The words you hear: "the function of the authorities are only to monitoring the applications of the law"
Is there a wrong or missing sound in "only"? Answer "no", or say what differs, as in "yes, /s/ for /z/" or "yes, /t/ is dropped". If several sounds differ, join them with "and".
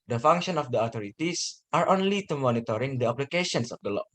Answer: no